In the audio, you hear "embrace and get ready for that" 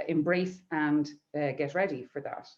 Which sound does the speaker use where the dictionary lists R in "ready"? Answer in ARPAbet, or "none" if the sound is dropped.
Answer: R